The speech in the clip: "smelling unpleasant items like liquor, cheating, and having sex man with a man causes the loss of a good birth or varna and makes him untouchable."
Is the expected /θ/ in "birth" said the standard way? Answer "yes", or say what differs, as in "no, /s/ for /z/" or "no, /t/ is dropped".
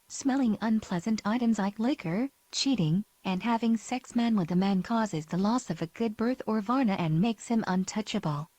yes